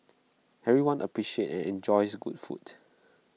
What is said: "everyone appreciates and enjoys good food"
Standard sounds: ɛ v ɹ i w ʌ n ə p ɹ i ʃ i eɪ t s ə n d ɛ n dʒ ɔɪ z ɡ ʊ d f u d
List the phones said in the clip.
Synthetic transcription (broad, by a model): ɛ ɹ i w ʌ n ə p ɹ i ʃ i eɪ t ə n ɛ n dʒ ɔɪ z ɡ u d f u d